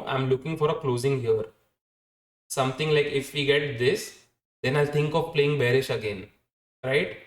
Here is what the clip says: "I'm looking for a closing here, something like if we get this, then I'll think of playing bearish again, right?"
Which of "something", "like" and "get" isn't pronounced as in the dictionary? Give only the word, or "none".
something